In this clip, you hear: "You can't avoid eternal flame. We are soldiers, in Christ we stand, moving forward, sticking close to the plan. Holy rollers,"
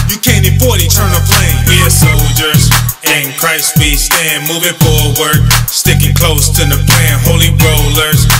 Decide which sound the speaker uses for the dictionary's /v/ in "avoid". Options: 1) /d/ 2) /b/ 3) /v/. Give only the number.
2